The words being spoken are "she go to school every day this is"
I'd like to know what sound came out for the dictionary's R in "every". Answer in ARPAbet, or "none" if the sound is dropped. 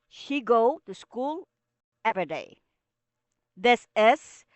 none